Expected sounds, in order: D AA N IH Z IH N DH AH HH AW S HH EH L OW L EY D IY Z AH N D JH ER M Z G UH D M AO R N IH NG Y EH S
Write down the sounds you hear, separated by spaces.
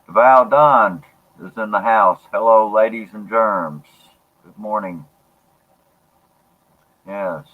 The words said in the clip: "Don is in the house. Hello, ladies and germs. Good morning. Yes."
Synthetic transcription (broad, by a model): D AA N IH Z IH N DH AH HH AW S HH EH L OW L EY D IY Z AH N JH ER M Z G UH D M AO R N IH NG Y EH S